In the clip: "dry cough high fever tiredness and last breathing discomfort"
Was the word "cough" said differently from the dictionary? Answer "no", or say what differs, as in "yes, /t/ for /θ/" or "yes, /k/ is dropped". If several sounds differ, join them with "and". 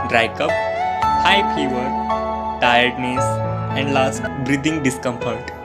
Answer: yes, /p/ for /f/